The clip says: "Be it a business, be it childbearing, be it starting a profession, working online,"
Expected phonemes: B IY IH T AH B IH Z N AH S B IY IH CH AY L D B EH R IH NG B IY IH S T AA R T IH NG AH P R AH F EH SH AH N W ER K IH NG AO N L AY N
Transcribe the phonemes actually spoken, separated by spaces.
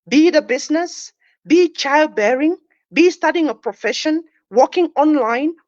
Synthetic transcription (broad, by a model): B IY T AH B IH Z N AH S B IY CH AY L D B EH R IH NG B IY S T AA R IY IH NG AH P R AH F EH SH AH N W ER K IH NG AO N L AY N